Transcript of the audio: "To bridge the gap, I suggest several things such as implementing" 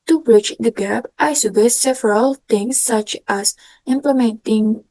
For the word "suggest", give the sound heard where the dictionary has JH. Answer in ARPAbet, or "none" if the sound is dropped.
none